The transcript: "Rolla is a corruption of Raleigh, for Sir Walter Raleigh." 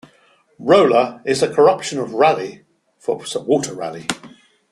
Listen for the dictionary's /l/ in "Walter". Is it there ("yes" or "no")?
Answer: no